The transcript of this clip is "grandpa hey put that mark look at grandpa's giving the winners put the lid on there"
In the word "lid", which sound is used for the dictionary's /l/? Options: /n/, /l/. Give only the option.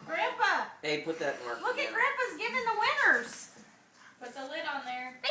/l/